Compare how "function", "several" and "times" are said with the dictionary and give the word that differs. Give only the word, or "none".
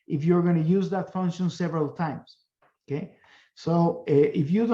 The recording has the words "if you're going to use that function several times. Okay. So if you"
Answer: times